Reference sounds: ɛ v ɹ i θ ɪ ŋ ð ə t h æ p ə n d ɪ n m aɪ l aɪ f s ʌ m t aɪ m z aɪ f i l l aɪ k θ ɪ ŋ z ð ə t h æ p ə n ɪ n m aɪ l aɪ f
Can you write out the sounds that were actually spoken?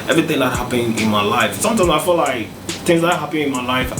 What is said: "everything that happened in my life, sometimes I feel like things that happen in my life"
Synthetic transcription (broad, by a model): ɛ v ɹ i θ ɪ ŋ ð ə t h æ p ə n ɪ n m aɪ l aɪ f s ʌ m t aɪ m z aɪ f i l l aɪ k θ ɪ ŋ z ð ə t h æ p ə ɪ n m aɪ l aɪ f